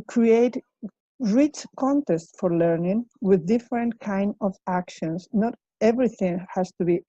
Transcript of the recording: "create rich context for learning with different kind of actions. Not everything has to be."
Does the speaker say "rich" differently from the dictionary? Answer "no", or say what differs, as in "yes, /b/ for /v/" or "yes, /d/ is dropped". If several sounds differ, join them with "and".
no